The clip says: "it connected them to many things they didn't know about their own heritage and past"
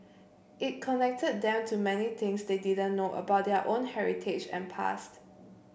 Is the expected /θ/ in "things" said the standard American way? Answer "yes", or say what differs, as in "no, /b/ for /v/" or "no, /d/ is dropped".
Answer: no, /t/ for /θ/